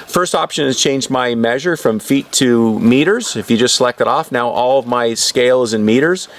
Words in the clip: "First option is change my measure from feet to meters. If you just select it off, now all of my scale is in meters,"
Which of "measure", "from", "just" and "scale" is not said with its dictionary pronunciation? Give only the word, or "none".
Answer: none